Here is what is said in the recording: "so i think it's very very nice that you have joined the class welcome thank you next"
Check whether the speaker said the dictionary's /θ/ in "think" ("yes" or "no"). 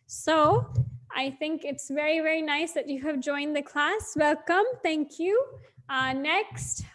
yes